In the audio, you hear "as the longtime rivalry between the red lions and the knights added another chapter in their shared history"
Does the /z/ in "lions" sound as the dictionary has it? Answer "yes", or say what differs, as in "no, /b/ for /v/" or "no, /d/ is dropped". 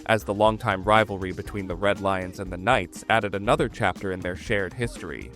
yes